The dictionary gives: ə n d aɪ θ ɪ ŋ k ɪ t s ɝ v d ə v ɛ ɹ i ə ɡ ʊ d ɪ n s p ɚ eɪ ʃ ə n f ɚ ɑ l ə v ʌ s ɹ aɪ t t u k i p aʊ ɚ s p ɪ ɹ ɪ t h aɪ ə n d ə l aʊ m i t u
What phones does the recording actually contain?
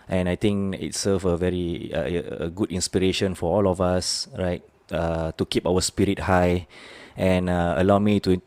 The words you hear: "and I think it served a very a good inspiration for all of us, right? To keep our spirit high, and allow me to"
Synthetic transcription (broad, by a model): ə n aɪ t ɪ ŋ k ɪ t s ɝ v ə v ɛ ɹ i ə ɡ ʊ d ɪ n s p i eɪ ʃ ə n f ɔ ɑ l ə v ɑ s ɹ aɪ t t u k i p aʊ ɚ s p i ɹ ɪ t h aɪ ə n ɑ ə l aʊ m i t u